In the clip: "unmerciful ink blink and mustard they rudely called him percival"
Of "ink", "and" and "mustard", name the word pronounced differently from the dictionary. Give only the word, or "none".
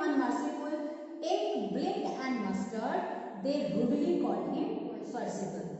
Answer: ink